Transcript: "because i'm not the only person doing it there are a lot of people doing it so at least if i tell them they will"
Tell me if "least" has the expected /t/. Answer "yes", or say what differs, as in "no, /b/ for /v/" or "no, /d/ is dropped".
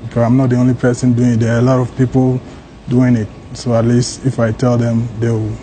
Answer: yes